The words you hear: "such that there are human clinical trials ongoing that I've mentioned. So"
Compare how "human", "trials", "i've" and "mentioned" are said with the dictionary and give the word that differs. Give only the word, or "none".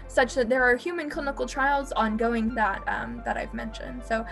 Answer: none